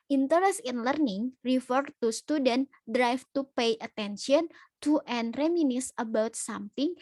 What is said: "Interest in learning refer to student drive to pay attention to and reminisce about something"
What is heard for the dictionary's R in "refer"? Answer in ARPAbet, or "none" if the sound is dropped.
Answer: R